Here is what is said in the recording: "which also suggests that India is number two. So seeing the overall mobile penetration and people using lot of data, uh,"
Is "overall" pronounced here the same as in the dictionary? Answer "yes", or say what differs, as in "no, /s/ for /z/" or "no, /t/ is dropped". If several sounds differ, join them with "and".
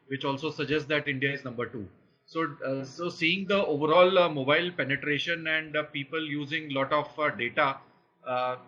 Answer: yes